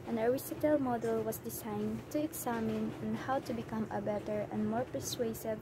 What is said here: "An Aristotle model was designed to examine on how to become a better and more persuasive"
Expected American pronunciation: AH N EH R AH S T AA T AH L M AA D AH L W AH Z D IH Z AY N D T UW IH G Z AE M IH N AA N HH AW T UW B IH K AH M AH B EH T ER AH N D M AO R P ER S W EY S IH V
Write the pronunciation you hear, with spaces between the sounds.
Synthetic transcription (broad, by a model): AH N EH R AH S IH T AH L M AA D AH L W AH S D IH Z AY N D T UW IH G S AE M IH N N HH AW T UW B IH K AH M AH B EH T ER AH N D M AO R P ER S W EY S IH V